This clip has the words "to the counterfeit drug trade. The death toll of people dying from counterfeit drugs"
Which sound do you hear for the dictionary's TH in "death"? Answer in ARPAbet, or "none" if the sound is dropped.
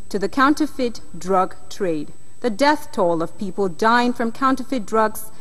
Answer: TH